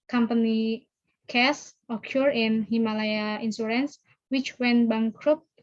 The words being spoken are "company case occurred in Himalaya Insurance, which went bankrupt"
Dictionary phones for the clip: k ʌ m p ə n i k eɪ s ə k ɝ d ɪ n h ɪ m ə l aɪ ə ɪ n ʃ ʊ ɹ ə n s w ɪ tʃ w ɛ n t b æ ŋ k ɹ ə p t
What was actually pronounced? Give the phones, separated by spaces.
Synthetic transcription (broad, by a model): k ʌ m p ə n i k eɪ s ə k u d ɪ n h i m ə l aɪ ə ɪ n s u ɹ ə n s w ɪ tʃ w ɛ n b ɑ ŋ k ɹ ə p